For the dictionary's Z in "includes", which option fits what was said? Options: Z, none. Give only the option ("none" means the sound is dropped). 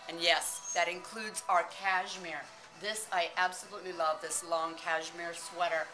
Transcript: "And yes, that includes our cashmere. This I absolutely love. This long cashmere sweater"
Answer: Z